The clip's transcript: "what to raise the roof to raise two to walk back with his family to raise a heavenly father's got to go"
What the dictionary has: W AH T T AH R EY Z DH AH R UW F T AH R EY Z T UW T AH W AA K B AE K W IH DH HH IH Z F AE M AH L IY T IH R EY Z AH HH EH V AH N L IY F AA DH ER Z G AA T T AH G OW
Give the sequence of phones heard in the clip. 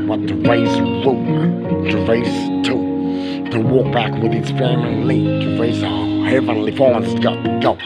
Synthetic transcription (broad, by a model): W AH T T AH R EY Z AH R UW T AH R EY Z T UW T AH W AA K B AE K W IH DH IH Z F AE M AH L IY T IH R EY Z AH HH EH V AH N L IY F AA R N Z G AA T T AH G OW